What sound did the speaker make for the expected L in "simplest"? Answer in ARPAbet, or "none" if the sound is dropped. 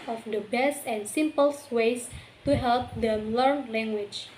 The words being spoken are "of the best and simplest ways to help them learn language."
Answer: none